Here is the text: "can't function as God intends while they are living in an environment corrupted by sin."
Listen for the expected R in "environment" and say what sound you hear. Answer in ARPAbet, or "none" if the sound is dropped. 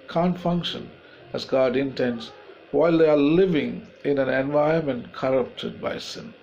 none